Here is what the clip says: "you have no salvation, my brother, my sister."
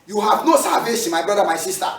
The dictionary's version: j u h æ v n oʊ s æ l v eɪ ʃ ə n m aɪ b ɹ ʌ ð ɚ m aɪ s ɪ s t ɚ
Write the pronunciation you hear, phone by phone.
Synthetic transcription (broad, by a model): j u h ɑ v n oʊ s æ v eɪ s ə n m aɪ b ɹ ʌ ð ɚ m aɪ s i s t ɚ